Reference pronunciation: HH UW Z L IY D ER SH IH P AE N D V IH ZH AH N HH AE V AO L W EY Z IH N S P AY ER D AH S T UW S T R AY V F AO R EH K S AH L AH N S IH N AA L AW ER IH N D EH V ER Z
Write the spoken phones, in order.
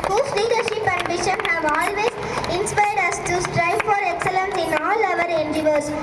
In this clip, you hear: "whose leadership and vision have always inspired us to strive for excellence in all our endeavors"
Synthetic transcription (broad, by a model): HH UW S L IY D ER SH IH P AE N D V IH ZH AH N HH AE V AO L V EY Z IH N S P AY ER D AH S T UW S T R AY V F AO R EH K S AH L AH N S IH N AA L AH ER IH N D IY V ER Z